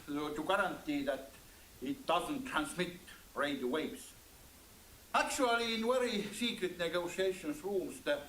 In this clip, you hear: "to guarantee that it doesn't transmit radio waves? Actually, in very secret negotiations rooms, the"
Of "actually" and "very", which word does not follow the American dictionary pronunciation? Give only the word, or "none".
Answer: very